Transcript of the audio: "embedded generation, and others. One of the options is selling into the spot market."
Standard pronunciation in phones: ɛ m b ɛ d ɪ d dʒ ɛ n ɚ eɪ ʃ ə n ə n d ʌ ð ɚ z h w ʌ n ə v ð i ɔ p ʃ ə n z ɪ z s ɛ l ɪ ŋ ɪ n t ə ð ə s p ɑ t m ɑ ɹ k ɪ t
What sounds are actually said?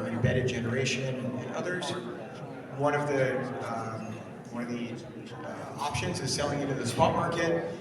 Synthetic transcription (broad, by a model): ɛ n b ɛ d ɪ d dʒ ɛ n ɚ eɪ ʃ ə n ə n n ʌ ð ɚ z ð w ʌ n ə v ð i ɔ p ʃ ə n z ɪ z s ɛ l ɪ ŋ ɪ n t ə ð ə s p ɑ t m ɑ ɹ k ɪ t